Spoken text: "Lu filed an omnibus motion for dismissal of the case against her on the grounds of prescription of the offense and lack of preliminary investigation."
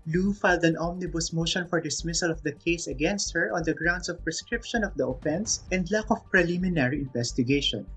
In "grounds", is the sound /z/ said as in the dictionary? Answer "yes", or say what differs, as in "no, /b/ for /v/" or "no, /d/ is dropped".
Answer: no, /s/ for /z/